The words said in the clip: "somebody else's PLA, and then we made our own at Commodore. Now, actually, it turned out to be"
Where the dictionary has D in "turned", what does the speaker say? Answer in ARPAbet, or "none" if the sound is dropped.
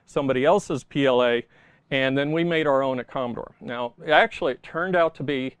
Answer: D